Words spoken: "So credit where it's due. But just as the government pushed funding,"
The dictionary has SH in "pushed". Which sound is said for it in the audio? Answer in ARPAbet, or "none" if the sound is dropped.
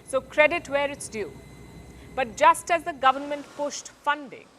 S